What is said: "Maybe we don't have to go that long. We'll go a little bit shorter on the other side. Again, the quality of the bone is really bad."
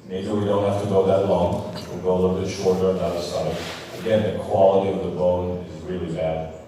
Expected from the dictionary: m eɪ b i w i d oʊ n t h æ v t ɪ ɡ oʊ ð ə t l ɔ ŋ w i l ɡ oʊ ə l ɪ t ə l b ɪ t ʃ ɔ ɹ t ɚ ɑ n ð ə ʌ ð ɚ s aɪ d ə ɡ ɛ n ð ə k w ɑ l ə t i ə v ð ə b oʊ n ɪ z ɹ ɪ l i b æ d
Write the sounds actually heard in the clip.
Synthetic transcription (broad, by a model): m eɪ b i w i d oʊ n t h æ f t ɪ ɡ oʊ ð ə t l ɔ ŋ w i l ɡ oʊ ə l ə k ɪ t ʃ ɔ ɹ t ɚ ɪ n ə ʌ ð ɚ s aɪ d ə ɡ ɛ n ð ə k w ɑ l ə t i ə v ð ə b oʊ n ɪ z ɹ ɪ l i b æ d